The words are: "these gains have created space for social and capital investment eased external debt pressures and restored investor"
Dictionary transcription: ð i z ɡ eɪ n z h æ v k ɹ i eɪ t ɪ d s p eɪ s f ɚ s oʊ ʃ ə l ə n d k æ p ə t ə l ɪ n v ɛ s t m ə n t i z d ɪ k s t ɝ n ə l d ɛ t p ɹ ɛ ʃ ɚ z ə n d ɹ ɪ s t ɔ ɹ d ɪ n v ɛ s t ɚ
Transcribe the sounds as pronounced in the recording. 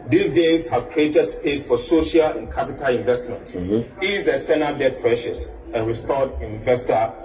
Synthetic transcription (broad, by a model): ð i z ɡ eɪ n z h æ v k ɹ i eɪ t ɪ d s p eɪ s f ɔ s oʊ ʃ ə l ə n k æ p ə t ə l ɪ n v ɛ s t m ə n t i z ɪ s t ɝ n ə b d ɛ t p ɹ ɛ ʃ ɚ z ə n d ɹ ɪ s t ɔ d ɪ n v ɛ s t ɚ